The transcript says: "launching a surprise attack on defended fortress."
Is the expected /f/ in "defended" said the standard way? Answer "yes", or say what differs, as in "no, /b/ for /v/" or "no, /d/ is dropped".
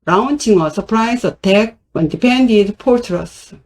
no, /p/ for /f/